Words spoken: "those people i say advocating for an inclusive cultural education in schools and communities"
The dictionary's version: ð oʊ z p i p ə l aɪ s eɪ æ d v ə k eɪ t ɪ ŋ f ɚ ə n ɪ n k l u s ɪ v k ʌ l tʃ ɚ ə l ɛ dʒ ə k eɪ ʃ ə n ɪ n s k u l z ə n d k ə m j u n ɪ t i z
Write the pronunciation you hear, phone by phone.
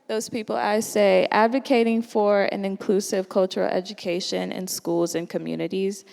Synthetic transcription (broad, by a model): ð oʊ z p i p l aɪ s eɪ æ d v ə k eɪ t ɪ ŋ f ɚ ə n ɪ n k l u s ɪ v k ʌ l tʃ ɚ l ɛ dʒ ə k eɪ ʃ ə n ɪ n s k u l z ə n k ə m j u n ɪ t i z